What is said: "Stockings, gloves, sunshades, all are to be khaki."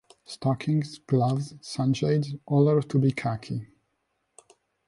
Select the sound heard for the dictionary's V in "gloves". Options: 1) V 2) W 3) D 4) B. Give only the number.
1